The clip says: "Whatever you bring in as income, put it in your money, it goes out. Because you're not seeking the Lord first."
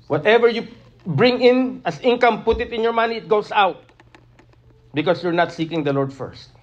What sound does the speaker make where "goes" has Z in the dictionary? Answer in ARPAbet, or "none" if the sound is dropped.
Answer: S